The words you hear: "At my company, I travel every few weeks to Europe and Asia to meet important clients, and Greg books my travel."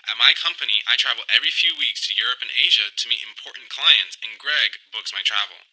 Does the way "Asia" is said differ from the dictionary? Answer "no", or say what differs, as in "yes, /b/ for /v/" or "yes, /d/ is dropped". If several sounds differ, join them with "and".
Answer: no